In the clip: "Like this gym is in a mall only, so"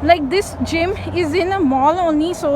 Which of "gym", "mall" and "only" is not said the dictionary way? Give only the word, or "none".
only